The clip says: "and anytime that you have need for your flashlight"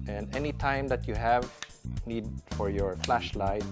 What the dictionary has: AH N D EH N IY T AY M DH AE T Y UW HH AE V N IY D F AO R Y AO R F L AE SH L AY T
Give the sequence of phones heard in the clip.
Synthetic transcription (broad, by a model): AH N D EH N IY T AY M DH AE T Y UW HH AE V N IY D F AO R Y AO R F L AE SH L AY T